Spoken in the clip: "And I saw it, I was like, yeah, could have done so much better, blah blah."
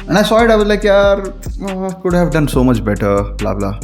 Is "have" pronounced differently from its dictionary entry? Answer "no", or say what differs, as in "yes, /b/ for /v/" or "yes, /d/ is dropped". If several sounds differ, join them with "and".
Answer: no